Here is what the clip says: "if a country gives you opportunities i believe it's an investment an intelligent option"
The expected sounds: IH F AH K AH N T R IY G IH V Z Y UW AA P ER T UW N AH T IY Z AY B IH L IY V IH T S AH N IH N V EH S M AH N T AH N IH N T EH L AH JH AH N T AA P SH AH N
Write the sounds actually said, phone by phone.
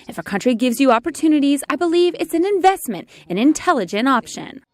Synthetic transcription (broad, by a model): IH F AH K AH N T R IY G IH V Z Y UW AA P ER T UW N AH T IY Z AY B IH L IY V IH T S AH N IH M V EH S M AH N T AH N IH N T EH L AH JH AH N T AA P SH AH N